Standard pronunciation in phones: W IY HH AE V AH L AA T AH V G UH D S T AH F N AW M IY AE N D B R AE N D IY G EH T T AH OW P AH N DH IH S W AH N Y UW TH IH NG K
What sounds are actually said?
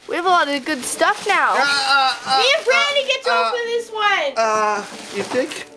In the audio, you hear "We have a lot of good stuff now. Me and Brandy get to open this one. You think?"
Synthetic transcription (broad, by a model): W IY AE V AH L AA T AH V G UH D S T AH F N AW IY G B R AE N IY G EH T S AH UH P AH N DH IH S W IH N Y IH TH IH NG K